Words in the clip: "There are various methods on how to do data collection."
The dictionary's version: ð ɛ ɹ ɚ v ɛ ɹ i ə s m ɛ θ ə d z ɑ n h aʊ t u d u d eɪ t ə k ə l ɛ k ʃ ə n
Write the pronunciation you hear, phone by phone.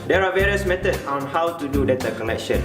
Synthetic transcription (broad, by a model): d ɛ ɹ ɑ v ɛ ɹ i ə s m ɛ t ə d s ɑ n h aʊ t u d u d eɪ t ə k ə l ɛ k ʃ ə n